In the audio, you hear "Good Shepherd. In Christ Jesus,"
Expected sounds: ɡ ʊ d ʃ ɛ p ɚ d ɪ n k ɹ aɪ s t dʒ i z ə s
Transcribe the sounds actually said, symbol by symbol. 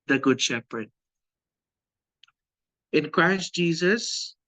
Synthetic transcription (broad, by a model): ɡ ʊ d ʃ ɛ p ɚ d ɪ n k ɹ aɪ s t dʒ i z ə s